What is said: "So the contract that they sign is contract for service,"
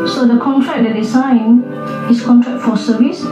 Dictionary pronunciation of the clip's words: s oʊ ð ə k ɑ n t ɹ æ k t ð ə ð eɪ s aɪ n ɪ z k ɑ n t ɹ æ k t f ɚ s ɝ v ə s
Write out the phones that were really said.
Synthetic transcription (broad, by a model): s oʊ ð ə k ɑ n t ɹ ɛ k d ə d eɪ s aɪ n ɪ s k ɑ n t ɹ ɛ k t f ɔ s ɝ v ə s